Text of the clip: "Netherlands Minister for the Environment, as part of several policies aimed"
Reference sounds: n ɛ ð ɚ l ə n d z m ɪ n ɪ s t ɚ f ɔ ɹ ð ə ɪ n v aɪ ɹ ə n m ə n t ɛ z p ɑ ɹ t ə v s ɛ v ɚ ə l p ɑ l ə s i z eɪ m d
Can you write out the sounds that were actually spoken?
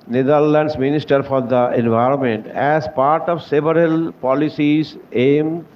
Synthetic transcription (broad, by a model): n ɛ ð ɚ l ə n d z m ɪ n ɪ s t ɚ f ɔ ɹ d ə ɪ n v aɪ ɹ ə n m ə n t ɛ z p ɑ ɹ t ə v s ɛ v ɚ ə l p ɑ l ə s i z eɪ m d